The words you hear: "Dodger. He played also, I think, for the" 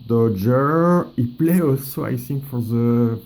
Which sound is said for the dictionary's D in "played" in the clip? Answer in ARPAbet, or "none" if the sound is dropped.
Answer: none